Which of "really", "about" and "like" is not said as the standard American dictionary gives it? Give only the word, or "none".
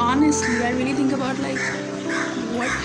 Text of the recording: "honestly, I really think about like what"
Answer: none